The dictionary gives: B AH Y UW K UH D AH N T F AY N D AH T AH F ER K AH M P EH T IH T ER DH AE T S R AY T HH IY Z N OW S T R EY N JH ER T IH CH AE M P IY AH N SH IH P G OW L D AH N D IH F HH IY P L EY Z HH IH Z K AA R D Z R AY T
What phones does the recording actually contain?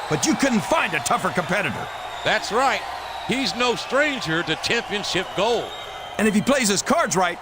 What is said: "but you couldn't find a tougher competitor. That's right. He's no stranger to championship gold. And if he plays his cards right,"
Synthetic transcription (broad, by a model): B AH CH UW K UH D N T F AY N D AH T AH F ER K AH M P EH T IH T ER DH AE T S R AY T HH IY Z N OW S T R EY N JH ER T IH CH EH M P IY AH N SH IH P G OW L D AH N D IH F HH IY P L EY Z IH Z K AA R D Z R AY T